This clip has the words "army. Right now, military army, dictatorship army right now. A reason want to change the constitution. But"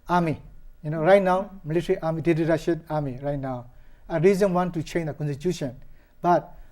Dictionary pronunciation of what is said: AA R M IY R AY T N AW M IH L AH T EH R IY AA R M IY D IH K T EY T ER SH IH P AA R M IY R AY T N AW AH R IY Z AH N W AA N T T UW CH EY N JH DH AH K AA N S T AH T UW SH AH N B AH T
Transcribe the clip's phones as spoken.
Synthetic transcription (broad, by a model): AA R M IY R AY T N AW M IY L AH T R IY AA R M IY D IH T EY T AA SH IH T AA R M IY R AY T N AW AH R IY Z AH N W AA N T T UW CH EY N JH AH K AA N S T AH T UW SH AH N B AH T